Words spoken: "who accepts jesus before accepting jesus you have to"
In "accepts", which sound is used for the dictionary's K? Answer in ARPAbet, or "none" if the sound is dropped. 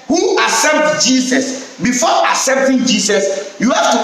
none